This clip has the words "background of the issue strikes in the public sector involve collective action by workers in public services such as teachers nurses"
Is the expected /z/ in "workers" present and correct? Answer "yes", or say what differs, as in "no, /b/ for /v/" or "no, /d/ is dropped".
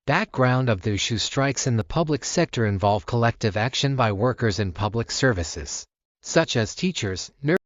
yes